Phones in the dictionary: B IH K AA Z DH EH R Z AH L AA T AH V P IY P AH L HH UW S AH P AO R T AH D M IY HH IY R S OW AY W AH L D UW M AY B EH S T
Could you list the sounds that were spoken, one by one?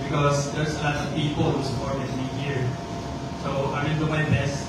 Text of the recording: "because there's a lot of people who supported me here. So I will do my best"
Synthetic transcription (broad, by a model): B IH K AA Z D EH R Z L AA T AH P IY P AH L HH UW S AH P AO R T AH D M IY HH IY R S OW AY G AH N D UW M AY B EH S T